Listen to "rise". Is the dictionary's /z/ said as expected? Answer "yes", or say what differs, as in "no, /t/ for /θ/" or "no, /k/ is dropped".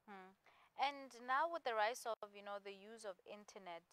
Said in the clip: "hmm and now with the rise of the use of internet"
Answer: no, /s/ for /z/